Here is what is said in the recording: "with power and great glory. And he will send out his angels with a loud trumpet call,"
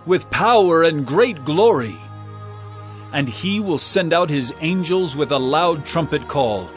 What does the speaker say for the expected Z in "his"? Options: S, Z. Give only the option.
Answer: Z